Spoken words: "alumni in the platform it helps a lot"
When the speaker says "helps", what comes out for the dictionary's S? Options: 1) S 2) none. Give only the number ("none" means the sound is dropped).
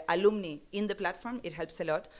1